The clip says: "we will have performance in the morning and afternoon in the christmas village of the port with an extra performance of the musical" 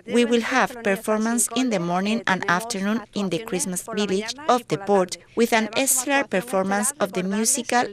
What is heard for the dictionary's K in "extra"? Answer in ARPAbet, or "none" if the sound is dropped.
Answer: none